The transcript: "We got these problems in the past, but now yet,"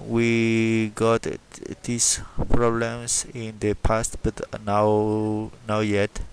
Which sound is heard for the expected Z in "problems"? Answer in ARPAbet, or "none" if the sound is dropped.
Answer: S